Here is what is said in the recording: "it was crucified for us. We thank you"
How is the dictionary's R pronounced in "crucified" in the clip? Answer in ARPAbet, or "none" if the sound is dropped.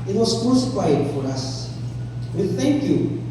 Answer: none